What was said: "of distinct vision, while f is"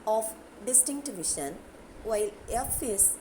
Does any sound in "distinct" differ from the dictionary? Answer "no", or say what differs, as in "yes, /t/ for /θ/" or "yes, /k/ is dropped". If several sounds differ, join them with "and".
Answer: no